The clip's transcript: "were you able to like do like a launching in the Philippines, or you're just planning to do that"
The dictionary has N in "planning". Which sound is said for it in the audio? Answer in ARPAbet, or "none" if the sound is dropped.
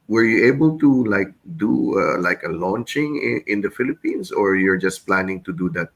N